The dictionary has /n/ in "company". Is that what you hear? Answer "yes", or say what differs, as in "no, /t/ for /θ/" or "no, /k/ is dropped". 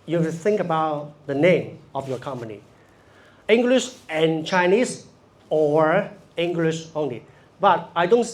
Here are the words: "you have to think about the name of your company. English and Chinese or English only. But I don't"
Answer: yes